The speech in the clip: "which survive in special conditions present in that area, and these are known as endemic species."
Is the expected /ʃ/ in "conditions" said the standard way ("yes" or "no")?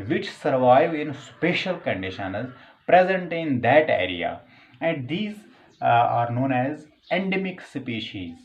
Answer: yes